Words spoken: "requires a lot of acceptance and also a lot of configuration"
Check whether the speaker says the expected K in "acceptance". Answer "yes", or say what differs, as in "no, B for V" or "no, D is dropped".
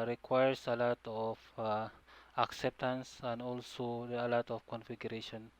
yes